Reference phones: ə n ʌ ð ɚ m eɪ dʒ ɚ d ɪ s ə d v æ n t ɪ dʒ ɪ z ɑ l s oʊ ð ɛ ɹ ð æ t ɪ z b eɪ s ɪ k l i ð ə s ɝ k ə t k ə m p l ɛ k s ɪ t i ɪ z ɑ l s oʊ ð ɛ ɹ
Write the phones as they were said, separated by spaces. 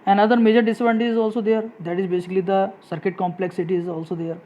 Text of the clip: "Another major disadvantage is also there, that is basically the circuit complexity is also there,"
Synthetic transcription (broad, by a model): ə n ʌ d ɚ m eɪ dʒ ɚ d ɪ s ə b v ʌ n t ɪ ɪ z ɑ l s oʊ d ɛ ɹ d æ t ɪ z b eɪ s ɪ k l i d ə s ɝ k ə t k ə m p l ɛ k s ɪ t i ɪ z ɑ l s oʊ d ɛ ɹ